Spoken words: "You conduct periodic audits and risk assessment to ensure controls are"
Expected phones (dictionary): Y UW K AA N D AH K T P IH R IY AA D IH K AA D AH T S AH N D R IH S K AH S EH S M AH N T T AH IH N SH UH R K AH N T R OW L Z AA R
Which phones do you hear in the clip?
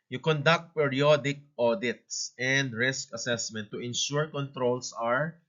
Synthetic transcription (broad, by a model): Y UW K AA N D AH K T P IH R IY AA D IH K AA D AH T S AH N D R IH S K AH S EH S M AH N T T AH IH N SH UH R K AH N T R OW L S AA R